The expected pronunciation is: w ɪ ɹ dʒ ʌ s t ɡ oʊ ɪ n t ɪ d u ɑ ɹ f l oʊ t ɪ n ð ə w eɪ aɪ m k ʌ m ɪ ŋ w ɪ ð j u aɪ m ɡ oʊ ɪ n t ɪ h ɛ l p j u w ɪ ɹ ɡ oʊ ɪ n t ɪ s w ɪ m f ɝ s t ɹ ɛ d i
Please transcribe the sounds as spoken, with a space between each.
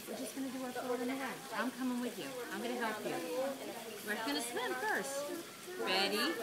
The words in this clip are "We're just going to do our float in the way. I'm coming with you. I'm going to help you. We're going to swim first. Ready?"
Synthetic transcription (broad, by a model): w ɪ ɹ dʒ ʌ s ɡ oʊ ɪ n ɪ d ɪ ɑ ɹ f oʊ ɪ n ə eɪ aɪ m k ʌ m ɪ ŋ w ɪ ð j u aɪ m ɡ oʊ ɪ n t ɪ h ɛ l p j u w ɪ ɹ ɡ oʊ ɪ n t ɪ s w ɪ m f ɝ s t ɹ ɛ d i